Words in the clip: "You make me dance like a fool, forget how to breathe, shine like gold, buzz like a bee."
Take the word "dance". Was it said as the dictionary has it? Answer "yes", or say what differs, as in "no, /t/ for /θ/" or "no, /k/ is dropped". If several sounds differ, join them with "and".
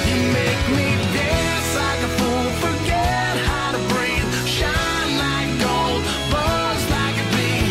no, /n/ is dropped